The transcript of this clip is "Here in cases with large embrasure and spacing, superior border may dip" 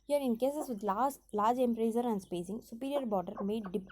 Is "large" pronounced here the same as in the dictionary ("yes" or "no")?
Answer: no